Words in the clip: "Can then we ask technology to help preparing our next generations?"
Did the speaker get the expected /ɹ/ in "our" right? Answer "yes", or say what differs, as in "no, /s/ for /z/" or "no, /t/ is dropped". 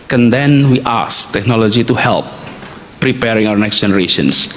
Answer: no, /w/ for /ɹ/